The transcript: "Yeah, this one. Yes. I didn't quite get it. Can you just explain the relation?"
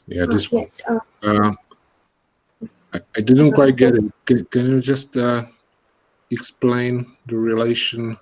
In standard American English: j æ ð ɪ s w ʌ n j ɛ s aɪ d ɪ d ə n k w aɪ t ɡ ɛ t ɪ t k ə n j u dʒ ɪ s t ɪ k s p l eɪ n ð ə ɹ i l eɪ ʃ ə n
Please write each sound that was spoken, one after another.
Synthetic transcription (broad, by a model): j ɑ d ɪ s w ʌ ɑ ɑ aɪ d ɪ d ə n k w aɪ t ɡ ɛ t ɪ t k ə n j u dʒ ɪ s t ɪ k s p l eɪ n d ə ɹ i l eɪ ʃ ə n